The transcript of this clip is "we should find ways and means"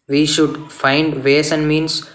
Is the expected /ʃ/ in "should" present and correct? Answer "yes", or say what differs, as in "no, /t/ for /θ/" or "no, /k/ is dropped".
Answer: yes